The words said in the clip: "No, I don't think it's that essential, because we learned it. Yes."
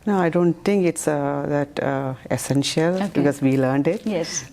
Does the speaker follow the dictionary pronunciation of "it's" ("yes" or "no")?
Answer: yes